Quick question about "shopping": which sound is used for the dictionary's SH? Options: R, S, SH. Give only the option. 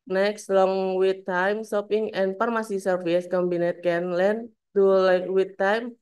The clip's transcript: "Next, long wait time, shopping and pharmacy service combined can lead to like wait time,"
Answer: S